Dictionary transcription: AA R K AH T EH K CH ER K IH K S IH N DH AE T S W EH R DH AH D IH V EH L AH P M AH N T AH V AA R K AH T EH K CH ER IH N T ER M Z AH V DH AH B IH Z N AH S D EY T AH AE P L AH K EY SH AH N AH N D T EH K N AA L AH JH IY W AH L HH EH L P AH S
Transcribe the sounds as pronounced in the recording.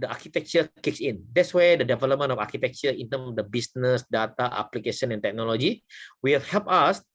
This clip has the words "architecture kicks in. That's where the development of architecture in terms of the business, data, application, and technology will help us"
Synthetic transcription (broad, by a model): AA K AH T EH K CH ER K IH K S IH N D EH T S W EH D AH D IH V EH L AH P M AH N AH F AA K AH T EH K CH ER IH N T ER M AH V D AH B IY S N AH S D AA T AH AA P L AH K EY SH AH N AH N T EH K N AA L AH JH IY W AH L HH EH L P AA S